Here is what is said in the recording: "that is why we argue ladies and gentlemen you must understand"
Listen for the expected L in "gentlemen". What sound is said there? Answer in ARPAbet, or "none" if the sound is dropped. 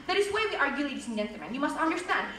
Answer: none